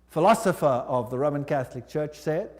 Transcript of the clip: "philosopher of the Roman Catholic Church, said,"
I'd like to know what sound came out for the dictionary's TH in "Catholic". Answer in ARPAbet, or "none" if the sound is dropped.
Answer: TH